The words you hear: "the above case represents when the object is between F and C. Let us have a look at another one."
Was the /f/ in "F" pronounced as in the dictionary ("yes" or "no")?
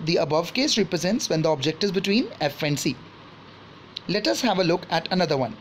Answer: yes